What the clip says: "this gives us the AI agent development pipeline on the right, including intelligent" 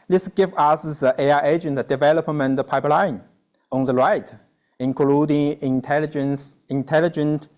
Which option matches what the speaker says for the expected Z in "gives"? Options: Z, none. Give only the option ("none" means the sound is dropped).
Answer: none